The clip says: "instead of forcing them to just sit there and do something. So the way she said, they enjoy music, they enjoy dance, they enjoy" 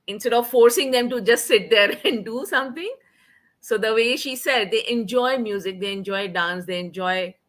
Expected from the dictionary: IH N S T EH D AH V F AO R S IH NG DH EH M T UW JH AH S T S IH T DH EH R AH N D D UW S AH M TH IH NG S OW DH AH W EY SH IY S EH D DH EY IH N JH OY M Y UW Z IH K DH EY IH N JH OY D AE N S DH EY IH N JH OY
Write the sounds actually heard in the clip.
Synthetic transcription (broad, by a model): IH N S T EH D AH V F AO R S IH NG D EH M T UW JH AH S T S IH T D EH R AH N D D UW S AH M T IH NG S OW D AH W EY SH IY S EH D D EY IH N JH OY M Y UW Z IH K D EY IH N JH OY D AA N S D EY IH N JH OY